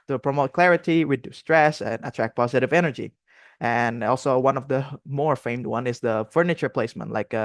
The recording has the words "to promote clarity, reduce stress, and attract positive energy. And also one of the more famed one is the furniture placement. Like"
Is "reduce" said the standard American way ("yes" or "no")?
no